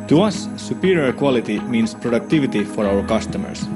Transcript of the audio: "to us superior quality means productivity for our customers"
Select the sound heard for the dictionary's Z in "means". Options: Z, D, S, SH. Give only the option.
S